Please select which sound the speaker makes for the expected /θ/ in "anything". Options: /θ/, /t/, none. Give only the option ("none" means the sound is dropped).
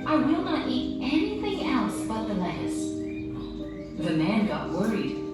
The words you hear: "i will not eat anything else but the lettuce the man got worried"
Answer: /θ/